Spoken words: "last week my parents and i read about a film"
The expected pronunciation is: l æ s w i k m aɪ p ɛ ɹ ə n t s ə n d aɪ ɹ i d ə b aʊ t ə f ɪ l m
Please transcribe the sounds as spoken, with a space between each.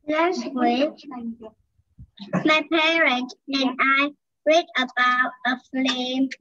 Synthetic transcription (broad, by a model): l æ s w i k m aɪ p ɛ ɹ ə n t ə n aɪ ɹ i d ə b aʊ t ə f l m